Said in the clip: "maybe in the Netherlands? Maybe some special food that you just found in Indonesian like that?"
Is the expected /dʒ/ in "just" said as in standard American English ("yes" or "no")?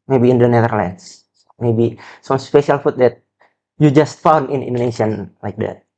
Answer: yes